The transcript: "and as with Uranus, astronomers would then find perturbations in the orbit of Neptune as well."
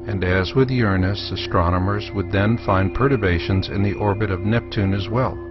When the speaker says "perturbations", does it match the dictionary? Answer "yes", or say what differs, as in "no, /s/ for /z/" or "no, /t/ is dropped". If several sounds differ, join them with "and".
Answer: yes